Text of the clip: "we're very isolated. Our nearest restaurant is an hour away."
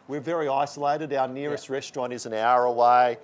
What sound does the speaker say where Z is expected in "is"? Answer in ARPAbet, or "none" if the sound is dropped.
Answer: Z